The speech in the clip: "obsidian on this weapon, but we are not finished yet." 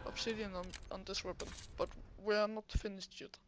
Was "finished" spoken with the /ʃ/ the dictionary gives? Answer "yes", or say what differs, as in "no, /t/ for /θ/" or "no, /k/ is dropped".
no, /s/ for /ʃ/